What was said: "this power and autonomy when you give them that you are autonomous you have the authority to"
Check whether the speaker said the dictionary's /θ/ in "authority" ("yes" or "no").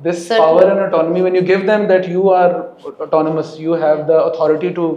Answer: no